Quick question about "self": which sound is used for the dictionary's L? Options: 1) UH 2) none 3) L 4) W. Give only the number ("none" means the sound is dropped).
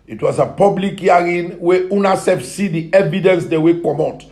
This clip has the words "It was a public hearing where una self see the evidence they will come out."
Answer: 2